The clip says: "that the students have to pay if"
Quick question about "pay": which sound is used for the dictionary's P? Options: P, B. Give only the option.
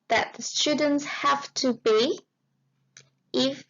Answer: B